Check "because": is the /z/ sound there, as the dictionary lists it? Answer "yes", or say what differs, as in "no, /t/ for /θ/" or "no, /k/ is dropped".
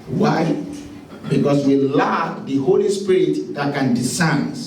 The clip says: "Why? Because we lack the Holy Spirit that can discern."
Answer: no, /s/ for /z/